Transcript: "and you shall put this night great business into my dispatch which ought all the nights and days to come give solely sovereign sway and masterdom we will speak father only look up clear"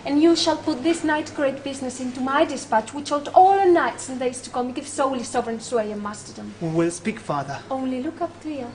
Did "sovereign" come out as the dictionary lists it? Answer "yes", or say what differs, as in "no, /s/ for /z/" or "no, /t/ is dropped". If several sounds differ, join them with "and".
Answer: yes